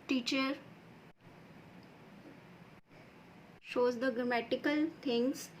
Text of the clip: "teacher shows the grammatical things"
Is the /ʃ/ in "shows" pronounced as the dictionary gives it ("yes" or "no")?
yes